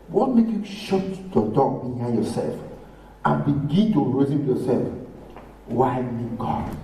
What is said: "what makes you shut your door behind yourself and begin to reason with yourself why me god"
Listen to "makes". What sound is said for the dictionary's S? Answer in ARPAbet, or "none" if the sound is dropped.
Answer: none